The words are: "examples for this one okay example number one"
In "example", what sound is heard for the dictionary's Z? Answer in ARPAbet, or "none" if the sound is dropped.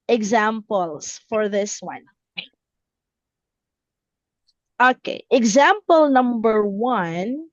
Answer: Z